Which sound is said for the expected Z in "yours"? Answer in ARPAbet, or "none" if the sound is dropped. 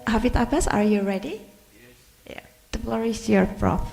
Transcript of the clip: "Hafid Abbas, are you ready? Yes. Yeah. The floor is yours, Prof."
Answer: none